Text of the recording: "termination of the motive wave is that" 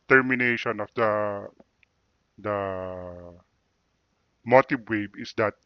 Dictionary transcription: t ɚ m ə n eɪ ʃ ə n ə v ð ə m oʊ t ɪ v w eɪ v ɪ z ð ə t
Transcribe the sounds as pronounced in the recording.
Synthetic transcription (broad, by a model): t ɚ m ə n eɪ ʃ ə n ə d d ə m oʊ t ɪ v w eɪ b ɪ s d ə t